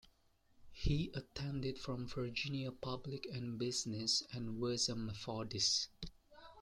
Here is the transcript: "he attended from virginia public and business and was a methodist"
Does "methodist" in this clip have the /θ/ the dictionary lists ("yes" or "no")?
no